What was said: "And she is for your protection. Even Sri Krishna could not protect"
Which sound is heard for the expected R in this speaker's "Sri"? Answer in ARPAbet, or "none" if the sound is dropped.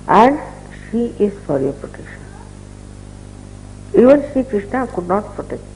none